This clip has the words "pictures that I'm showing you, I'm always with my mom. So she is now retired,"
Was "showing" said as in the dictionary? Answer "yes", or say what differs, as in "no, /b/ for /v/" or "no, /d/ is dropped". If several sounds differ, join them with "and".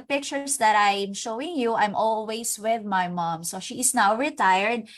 yes